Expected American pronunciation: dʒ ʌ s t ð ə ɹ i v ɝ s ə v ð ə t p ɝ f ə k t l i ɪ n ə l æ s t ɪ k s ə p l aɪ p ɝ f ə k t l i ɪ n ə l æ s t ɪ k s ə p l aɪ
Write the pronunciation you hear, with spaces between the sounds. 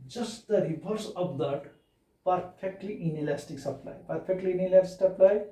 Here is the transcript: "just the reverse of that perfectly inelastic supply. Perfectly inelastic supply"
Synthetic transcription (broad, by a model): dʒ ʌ s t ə ɹ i b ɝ s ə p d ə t p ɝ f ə k t l i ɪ n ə l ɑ s t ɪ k s ə p l aɪ p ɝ p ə k t l i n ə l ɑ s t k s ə p l aɪ